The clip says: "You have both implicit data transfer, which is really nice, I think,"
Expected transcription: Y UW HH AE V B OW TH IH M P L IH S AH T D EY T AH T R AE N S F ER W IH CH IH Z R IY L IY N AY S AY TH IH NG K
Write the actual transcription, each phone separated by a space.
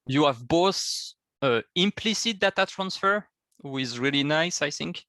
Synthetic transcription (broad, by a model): Y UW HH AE V B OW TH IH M P L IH S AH T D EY T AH T R AE N S F ER W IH IH Z R IY L IY N AY S AY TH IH NG K